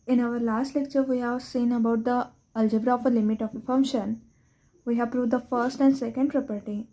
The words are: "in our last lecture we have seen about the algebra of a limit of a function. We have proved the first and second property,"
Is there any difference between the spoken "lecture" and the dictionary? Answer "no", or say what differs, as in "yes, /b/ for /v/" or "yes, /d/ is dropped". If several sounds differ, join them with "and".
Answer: no